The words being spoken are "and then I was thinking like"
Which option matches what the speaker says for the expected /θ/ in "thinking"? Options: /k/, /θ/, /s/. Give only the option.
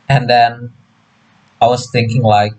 /θ/